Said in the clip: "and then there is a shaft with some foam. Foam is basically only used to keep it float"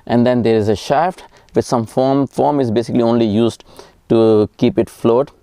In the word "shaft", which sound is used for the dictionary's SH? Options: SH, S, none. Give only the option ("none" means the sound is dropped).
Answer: SH